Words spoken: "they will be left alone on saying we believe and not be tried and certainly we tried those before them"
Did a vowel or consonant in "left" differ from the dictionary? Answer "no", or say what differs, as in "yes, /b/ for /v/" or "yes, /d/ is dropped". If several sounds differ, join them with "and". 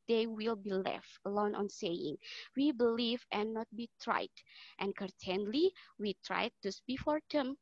no